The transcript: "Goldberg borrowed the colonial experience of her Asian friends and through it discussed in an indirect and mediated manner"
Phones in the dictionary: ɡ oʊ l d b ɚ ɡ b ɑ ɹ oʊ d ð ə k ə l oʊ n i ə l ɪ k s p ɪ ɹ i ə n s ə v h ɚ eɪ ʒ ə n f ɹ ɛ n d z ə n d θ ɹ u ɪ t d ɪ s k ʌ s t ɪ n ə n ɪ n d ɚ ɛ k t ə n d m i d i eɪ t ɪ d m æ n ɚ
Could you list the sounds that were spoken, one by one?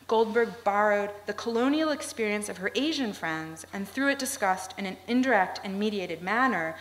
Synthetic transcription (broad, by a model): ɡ oʊ l d b ɚ ɡ b ɑ ɹ oʊ d ð ə k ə l oʊ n i l ɪ k s p ɪ ɹ i ə n s ə v ɚ eɪ ʒ ə n f ɹ ɛ n d z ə n θ ɹ u ɪ t d ɪ s k ʌ s t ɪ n ə n ɪ n d ɚ ɛ k t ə n m i d i eɪ t ɪ d m æ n ɚ